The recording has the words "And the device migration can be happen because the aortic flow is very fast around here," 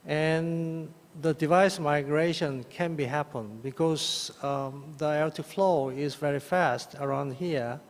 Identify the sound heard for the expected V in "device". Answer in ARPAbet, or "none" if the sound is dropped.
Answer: V